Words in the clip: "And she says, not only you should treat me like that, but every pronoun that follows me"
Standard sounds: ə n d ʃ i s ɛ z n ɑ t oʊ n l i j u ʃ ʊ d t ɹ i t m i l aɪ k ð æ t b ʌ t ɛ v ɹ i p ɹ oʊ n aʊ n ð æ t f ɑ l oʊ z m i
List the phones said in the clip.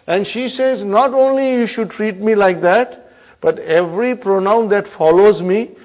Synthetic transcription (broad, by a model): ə n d ʃ i s ɛ z n ɑ t oʊ n l i j u ʃ ʊ d t ɹ i t m i l aɪ k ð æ t b ʌ t ɛ v ɹ i p ɹ oʊ n aʊ n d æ t f ɑ l oʊ z m i